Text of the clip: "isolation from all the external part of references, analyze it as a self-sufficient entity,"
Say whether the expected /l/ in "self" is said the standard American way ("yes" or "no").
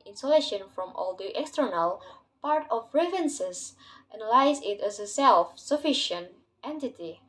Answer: yes